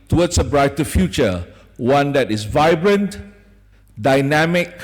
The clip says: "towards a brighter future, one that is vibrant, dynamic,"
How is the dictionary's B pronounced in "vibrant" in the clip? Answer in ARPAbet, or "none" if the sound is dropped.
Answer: B